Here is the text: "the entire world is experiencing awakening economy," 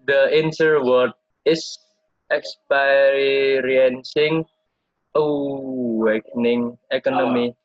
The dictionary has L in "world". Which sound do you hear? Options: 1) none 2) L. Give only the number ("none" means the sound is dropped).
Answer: 1